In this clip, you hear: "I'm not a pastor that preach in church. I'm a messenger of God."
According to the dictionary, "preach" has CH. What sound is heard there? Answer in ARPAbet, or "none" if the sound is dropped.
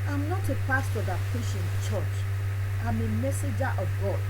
SH